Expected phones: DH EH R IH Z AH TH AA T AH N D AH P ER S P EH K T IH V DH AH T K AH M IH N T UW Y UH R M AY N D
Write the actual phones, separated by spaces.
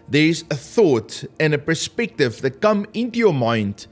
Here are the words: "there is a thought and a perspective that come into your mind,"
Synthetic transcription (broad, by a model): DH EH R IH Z AH TH AA T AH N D AH P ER S P EH K T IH V DH AH T K AH M IH N T UW Y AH M AY N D